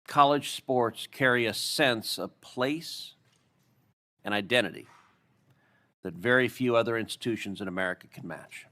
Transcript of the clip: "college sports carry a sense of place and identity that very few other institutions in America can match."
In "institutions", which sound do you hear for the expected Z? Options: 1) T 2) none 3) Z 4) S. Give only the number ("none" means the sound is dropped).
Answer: 3